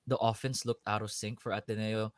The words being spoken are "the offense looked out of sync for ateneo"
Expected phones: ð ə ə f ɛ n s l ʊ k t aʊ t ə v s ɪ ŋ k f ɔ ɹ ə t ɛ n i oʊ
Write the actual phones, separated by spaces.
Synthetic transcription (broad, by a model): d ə ə f ɛ n s l ʊ k t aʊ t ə w s ɪ ŋ k f ɔ ɹ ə t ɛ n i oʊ